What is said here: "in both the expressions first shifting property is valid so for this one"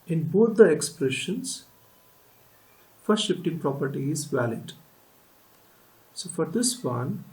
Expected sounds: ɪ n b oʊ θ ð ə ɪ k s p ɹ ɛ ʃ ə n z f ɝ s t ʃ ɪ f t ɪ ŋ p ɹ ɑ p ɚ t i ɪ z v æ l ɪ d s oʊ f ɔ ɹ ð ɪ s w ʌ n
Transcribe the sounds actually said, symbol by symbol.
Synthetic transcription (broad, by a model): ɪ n b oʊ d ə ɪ k s p ɹ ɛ ʃ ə n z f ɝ t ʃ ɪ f t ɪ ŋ p ɹ ɑ p ɚ t i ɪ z v æ l ɪ d s oʊ f ɔ ɹ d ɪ s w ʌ n